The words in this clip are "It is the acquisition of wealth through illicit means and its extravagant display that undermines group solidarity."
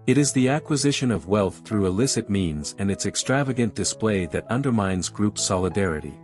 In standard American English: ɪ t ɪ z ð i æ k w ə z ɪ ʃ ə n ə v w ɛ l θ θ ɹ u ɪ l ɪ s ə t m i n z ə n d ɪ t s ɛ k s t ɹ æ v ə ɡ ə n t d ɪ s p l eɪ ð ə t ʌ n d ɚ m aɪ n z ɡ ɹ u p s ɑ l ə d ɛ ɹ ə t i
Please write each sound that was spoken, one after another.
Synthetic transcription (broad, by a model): ɪ t ɪ z ð i æ k w ə z ɪ ʃ ə n ə v w ɛ l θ θ ɹ u ɪ l ɪ s ə t m i n z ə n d ɪ t s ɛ k s t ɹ æ v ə ɡ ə n d ɪ s p l eɪ ð ə t ʌ n d ɚ m aɪ n z ɡ ɹ u p s ɑ l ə d ɛ ɹ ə t i